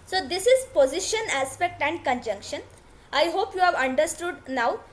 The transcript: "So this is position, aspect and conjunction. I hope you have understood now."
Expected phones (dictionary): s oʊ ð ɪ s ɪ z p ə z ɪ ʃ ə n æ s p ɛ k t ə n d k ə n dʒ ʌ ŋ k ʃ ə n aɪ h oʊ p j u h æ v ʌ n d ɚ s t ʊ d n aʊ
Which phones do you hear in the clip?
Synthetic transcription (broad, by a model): s oʊ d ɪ s ɪ z p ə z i ʃ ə n æ s p ɛ k t ə n d k ə n dʒ ʌ ŋ k ʃ ə n aɪ h oʊ p j u h æ v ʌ n d ɚ s t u d n aʊ